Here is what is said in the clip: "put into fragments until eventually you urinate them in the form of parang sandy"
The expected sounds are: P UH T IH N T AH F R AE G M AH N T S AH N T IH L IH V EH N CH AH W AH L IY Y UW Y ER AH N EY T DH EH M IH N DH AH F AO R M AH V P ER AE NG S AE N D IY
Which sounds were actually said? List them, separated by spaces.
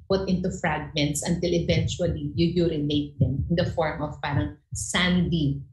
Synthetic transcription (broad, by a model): P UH T IH N T AH F R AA G M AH N T S AH N T IH L IH V EH N CH AH W AH L IY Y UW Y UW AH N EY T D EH M IH N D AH F AO R M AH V P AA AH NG S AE N D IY